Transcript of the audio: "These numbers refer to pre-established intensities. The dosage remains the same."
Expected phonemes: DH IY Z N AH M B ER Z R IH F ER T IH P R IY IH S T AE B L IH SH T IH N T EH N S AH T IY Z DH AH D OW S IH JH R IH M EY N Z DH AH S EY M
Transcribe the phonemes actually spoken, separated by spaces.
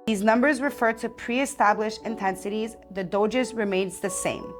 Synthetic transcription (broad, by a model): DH IY Z N AH M B ER Z R IH F ER T IH P R IY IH S T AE B L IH SH IH N T EH N S AH T IY Z DH AH D OW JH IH Z R IH M EY N Z DH AH S EY M